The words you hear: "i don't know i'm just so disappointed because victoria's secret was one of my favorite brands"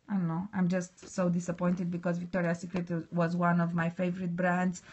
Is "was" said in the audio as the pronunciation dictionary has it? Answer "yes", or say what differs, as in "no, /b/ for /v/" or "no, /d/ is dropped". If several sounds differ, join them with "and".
yes